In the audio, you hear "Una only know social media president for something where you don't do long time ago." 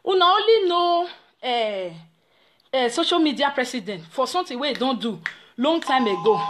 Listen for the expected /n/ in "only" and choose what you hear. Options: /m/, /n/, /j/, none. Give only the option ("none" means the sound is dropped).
none